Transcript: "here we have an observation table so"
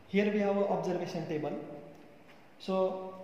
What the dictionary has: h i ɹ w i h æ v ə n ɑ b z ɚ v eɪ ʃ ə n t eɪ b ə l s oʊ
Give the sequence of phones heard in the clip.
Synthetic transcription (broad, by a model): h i ɹ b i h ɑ w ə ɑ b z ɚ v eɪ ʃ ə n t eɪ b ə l s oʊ